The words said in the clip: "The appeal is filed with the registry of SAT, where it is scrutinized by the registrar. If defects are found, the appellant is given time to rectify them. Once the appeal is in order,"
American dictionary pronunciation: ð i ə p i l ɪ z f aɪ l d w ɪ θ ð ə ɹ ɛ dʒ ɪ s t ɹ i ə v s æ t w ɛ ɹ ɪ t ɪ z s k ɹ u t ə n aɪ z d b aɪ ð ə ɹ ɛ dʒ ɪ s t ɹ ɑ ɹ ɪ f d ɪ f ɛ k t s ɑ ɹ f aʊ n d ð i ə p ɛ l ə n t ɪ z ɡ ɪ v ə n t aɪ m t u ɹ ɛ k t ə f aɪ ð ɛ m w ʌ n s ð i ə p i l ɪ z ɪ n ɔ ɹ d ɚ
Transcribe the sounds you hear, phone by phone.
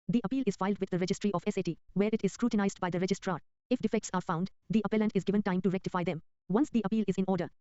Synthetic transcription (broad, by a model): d i ə p i l ɪ z f aɪ l d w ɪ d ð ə ɹ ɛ dʒ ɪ s t ɹ i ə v s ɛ t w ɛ ɹ ɪ t ɪ z s k ɹ u t ə n aɪ z d b aɪ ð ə ɹ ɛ dʒ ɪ s t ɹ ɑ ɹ ɪ f d ɪ f ɛ k t s ɑ ɹ f aʊ n d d i ə p ɛ l ə n t ɪ z ɡ ɪ v ə n t aɪ m t u ɹ ɛ k t ə f aɪ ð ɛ m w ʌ n s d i ə p i l ɪ z ɪ n ɔ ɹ d ɚ